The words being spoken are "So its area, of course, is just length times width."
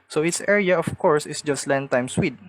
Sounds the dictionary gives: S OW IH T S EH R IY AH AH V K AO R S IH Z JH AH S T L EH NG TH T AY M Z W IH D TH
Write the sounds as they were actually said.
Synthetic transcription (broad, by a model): S OW IH T S EH R IY AH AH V K AO R S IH S JH AH S T L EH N T AY M S W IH D